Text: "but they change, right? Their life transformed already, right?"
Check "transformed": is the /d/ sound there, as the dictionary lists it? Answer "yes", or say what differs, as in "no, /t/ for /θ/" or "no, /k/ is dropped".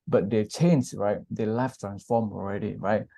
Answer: no, /d/ is dropped